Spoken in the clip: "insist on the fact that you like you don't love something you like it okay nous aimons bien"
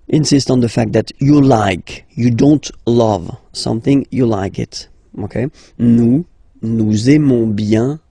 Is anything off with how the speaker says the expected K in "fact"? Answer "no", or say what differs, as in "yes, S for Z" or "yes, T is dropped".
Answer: no